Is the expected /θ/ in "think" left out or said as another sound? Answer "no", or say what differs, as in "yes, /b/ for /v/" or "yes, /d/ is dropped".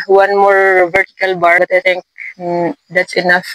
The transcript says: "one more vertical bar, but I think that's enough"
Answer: yes, /t/ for /θ/